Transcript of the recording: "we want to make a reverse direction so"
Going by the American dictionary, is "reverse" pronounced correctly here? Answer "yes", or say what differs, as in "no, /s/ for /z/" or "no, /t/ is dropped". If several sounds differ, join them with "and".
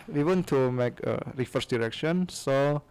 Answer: no, /f/ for /v/